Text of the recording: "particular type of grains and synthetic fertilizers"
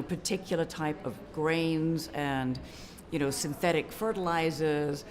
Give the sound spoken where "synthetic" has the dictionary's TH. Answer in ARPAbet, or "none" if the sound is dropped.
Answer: TH